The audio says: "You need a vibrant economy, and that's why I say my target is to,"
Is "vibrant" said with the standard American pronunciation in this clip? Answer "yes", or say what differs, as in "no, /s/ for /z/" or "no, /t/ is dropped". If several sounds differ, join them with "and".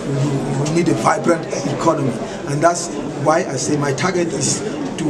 yes